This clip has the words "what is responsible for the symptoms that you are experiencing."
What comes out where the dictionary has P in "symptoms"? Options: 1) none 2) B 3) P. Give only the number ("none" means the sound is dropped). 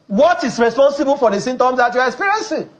1